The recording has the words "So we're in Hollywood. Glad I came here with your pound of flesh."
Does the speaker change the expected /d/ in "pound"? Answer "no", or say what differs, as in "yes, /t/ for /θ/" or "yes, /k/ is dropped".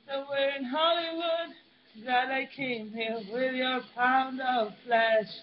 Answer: no